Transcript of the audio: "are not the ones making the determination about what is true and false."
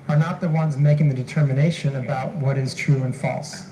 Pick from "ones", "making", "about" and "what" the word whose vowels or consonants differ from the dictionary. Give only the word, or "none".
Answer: none